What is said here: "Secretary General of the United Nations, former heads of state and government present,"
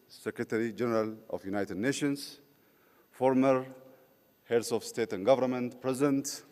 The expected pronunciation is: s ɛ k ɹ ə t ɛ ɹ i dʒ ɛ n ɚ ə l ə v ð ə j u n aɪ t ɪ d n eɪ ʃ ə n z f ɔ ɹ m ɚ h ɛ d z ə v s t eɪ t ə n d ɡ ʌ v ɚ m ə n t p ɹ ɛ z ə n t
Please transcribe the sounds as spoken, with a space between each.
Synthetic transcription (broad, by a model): s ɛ k ɹ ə t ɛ ɹ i dʒ ɛ n ɚ ə l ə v j u n aɪ t ɪ d n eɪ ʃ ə n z f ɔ ɹ m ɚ h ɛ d s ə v s t eɪ t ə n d ɡ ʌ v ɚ m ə n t p ɹ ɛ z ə n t